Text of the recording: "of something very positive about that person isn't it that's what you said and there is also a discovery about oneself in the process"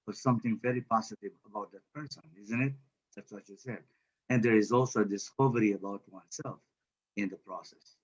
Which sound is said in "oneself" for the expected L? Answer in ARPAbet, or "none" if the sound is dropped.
L